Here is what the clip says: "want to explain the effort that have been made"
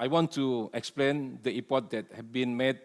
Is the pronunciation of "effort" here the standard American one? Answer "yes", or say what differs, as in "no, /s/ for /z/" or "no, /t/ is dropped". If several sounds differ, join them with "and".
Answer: no, /p/ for /f/